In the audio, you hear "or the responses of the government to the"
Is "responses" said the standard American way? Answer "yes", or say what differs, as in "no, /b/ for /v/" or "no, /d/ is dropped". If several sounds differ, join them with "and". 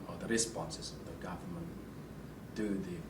yes